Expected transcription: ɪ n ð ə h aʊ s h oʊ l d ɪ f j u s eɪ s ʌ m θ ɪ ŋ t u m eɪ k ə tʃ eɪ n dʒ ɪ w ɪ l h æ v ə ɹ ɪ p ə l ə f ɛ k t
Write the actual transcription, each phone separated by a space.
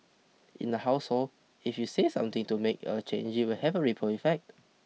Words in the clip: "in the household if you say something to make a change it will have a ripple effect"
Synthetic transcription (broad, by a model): ɪ n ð ə h aʊ s h oʊ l ɪ f j u s eɪ s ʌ m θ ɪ ŋ t u m eɪ k ə tʃ eɪ n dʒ ɪ w ɪ l h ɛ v ə ɹ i p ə ə f ɛ k t